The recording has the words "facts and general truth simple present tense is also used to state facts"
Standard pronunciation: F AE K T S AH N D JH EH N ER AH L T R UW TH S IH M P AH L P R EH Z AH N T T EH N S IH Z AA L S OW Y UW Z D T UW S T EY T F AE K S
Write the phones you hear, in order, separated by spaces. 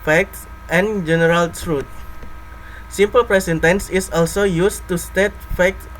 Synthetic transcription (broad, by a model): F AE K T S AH N JH EH N ER AH L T R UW T S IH M P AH L P R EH S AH N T T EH N S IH S AA L S OW Y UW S T UW S T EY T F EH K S